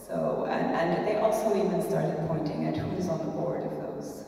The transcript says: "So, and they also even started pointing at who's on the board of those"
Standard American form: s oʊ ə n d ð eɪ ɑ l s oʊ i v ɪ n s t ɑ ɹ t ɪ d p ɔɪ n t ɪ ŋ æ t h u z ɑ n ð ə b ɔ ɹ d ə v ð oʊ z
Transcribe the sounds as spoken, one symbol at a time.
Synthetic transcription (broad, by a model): s oʊ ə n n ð eɪ ɑ l s oʊ i v ɪ n s t ɑ ɹ t ɪ d p ɔɪ n t ɪ ŋ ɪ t h u z n ð ə b ɔ ɹ d ə v ð oʊ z